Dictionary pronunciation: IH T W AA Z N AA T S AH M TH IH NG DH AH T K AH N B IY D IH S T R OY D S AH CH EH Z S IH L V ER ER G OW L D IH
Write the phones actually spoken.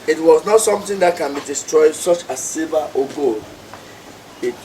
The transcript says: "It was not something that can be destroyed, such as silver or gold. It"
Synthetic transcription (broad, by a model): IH T W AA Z N AA T S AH M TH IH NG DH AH T K AH N B IY D IH S T R OY D S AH CH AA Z S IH V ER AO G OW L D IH